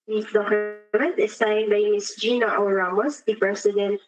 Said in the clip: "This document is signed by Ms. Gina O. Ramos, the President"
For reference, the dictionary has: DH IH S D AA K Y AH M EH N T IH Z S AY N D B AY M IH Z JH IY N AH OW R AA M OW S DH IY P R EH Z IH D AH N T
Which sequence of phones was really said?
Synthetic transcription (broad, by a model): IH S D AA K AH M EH N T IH S AY N D B AY M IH S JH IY N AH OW R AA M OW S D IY P R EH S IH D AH N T